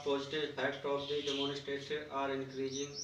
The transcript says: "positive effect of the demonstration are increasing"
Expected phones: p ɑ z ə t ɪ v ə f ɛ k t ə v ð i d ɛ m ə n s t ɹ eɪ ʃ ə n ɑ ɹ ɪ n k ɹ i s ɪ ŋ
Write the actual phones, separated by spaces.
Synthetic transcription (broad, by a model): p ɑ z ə t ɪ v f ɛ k t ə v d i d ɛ m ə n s t eɪ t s ɑ ɹ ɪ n k ɹ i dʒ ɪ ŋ